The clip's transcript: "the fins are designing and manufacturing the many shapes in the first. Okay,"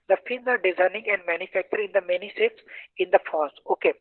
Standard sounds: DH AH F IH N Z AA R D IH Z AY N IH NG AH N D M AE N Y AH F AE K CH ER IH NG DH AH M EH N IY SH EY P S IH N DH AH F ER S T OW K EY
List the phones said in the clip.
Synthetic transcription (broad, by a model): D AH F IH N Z AA R D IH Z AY N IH NG AH N D M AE N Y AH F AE K CH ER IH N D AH M EH N IY S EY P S IH N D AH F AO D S OW K EY